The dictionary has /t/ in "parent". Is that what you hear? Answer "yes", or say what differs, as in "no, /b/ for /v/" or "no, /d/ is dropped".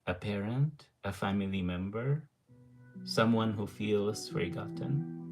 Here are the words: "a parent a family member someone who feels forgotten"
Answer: yes